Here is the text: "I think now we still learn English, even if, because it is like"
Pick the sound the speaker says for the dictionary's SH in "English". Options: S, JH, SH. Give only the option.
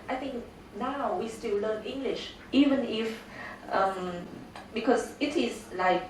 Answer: SH